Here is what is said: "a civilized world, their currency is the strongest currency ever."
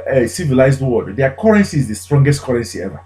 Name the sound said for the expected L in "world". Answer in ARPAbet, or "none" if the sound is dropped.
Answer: none